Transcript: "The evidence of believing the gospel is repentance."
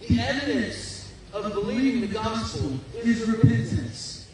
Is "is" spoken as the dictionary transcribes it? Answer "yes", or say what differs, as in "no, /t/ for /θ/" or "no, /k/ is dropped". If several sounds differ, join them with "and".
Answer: yes